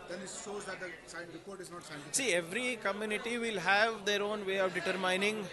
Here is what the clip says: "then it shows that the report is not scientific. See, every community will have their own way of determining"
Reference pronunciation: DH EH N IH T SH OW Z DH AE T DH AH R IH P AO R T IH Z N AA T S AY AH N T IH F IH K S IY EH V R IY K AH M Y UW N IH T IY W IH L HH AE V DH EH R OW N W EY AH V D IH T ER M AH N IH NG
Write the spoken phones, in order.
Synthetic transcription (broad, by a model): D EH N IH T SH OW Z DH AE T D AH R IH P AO R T IH Z N AA T S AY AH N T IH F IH S IY EH V R IY K AH M Y UW N IH T IY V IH L HH AE V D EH R OW N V EY AH V D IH T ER M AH N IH NG